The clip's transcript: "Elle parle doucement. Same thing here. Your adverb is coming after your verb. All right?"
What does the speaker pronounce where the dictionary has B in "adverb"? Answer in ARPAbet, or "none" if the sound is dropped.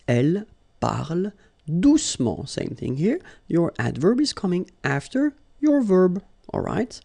B